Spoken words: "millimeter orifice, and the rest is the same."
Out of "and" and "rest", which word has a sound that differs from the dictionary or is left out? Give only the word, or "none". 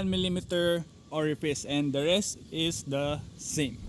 none